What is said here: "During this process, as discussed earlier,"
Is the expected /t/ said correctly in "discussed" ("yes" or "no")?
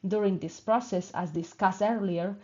no